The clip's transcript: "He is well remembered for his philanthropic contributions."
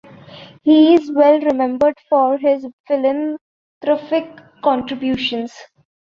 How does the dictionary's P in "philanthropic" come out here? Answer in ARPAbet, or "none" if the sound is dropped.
F